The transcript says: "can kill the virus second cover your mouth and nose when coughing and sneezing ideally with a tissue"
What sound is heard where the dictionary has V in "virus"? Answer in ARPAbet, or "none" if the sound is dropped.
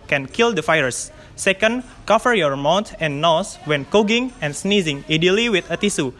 F